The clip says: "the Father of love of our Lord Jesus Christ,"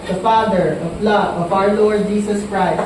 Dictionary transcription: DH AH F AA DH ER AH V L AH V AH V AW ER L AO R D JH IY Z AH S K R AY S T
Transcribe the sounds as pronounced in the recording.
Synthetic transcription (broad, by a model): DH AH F AA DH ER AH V L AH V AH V AW ER L AO R D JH IY S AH S K R AY S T